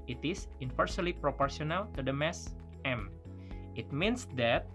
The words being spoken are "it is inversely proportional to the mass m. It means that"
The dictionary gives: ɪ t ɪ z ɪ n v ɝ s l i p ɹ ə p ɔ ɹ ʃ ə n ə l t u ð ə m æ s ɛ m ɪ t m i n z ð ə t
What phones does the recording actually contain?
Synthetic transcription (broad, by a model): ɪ t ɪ s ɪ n f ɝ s l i p ɹ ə p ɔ ɹ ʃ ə n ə l t u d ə m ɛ s ɛ m ɪ t m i n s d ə t